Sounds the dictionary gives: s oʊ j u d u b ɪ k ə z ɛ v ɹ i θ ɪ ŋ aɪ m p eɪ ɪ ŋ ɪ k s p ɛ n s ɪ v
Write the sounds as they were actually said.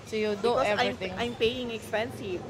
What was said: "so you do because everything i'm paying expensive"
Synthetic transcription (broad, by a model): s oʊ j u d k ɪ ə ɑ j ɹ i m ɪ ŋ aɪ m p eɪ ɪ ŋ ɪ k s p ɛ n s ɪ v